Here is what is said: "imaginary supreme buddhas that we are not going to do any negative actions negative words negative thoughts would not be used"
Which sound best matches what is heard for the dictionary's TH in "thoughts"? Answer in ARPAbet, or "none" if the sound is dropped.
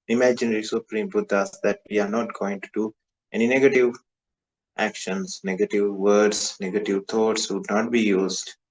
T